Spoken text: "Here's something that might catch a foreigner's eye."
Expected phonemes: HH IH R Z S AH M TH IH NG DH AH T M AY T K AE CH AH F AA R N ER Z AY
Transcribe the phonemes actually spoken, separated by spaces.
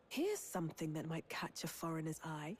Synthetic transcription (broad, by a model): HH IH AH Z S AH M TH IH NG DH AH T M AY T K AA CH AH F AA R N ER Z AY